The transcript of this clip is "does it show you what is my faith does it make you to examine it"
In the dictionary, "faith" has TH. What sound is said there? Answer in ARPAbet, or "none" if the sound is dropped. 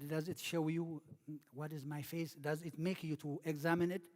S